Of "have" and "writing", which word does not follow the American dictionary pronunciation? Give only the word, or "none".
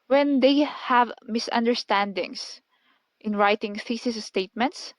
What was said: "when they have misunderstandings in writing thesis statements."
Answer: none